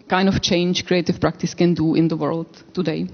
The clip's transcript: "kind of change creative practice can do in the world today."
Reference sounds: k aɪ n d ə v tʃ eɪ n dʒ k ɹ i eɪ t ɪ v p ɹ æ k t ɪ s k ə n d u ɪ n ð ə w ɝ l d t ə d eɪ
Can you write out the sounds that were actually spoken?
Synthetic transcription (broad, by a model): k aɪ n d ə f tʃ eɪ n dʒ k ɹ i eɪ t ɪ f p ɹ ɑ k t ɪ s k ə n d u ɪ n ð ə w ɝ l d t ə d eɪ